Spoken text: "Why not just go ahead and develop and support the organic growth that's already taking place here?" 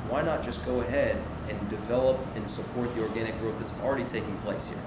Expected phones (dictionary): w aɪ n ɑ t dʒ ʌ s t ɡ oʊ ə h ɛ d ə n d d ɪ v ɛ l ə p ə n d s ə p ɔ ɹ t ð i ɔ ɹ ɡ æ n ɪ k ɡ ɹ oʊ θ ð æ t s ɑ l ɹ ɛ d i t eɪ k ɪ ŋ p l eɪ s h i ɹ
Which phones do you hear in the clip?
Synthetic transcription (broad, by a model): w aɪ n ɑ t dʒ ʌ s ɡ oʊ ə h ɛ d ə n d d ɪ v ɛ l ə p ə n s ə p ɔ ɹ t ð i ɔ ɹ ɡ æ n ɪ k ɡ ɹ oʊ t ð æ t s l ɹ ɛ d i t eɪ k ɪ ŋ p l eɪ s h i ɹ